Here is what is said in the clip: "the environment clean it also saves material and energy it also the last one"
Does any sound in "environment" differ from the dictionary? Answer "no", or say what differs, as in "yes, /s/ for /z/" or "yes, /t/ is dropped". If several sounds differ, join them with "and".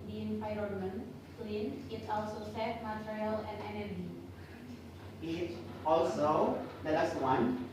yes, /p/ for /v/